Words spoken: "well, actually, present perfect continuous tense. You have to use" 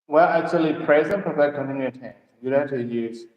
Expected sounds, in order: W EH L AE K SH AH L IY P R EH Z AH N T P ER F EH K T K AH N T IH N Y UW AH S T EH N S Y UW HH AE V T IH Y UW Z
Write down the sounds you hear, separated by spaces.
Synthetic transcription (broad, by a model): W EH L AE K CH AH L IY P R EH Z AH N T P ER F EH T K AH N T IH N Y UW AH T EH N Y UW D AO T IH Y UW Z